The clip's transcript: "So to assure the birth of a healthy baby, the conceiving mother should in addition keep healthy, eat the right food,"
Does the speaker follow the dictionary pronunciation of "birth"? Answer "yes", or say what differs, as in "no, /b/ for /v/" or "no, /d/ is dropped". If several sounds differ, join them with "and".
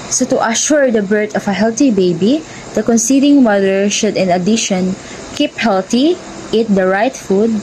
no, /t/ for /θ/